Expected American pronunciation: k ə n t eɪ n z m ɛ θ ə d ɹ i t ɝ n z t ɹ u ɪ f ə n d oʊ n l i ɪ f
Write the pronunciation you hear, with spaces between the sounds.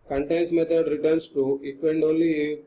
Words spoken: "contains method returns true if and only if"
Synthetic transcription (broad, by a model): k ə n t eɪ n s m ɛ t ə d ɹ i t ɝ n s t u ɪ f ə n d oʊ n l i